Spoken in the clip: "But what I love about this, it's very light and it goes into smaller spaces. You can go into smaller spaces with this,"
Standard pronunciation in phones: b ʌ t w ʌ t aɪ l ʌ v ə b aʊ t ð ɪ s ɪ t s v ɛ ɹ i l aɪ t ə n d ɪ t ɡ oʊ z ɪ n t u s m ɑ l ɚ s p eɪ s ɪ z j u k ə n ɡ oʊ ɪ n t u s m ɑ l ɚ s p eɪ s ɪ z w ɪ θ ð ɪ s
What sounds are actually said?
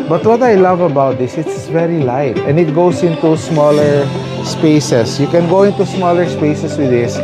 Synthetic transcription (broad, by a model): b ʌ t w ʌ t aɪ l ʌ v ə b aʊ t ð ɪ s ɪ t s v ɛ ɹ i l aɪ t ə n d ɪ t ɡ oʊ s ɪ n t u s m ɑ l ɚ s p eɪ s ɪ s j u k ə n ɡ oʊ ɪ n t u s m ɑ l ɚ s p eɪ s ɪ s w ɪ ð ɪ s